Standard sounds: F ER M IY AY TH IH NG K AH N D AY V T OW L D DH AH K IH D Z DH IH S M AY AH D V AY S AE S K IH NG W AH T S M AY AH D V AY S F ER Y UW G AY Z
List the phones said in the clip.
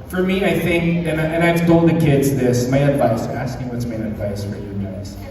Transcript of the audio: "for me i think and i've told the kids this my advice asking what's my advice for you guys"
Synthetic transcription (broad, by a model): F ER M IY AY TH IH NG K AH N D AY V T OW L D DH AH K IH D Z DH IH S M AY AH D V AY S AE S K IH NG W AH T S M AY AH D V AY S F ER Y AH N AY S